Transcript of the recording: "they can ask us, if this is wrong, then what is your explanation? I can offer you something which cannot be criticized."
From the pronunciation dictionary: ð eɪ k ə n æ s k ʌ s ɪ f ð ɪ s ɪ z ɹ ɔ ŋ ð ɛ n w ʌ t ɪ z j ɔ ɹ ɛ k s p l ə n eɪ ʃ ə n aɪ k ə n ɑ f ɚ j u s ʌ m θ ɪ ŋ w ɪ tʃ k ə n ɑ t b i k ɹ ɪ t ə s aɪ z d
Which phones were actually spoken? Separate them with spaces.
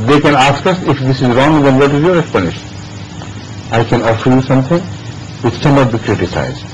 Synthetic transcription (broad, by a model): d eɪ k ə n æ s k ʌ s ɪ f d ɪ s ɪ z ɹ ɔ ŋ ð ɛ n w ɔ t ɪ z j ɔ ɹ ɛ k s p l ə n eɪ ʃ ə n aɪ k ə n ɑ f ɚ j u s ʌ m t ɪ ŋ w ɪ tʃ k ə n ɑ t b i k ɹ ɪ t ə s aɪ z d